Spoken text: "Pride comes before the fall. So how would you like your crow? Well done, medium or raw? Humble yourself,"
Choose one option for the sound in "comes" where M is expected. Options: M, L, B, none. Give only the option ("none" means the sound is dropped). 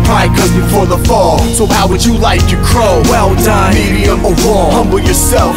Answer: none